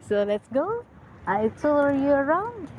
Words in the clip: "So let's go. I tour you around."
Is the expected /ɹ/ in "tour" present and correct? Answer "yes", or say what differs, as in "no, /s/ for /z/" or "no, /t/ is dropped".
no, /l/ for /ɹ/